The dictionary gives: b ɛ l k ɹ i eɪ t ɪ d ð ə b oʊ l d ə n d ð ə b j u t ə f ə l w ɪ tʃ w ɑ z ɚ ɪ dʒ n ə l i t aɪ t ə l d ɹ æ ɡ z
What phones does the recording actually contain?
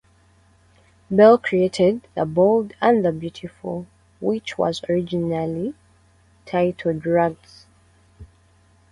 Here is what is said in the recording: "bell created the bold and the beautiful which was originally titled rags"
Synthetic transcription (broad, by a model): b ɛ l k ɹ i eɪ t ɪ d ð ə b oʊ l d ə n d ð ə b j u t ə f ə l w ɪ tʃ w ɑ z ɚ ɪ dʒ n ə l i t aɪ t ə d ɹ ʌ ɡ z